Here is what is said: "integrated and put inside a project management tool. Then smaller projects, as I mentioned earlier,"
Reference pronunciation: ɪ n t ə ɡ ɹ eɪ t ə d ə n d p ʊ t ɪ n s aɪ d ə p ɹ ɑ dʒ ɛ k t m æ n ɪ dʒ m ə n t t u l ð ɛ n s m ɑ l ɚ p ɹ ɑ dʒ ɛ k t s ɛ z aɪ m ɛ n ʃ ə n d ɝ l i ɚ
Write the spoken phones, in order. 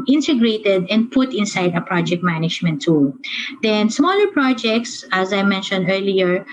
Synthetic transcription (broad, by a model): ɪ n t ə ɡ ɹ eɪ t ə d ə n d p ʊ t ɪ n s aɪ d ə p ɹ ɑ dʒ ɛ k t m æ n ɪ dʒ m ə n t t u l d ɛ n s m ɑ l ɚ p ɹ ɑ dʒ ɛ k t s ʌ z aɪ m ɛ n ʃ ə n d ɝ l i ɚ